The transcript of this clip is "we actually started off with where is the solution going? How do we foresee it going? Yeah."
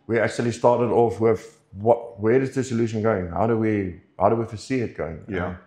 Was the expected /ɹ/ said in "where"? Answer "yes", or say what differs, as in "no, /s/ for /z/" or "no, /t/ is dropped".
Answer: no, /w/ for /ɹ/